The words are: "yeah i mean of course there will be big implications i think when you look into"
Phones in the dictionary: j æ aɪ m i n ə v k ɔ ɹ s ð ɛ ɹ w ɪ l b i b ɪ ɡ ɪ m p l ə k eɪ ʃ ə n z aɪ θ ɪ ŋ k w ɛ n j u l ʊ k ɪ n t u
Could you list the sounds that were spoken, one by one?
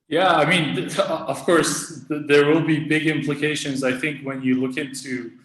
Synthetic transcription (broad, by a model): j æ aɪ m i n ə v k ɔ ɹ s ð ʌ ɹ w ɪ l b i b ɪ ɡ ɪ m p l ə k eɪ ʃ ə n z aɪ θ ɪ ŋ k w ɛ n j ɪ l ʊ k ɪ n t u